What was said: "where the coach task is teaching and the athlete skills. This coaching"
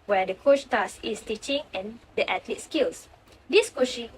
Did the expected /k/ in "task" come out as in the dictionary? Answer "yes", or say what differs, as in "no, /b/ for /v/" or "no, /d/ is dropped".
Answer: no, /k/ is dropped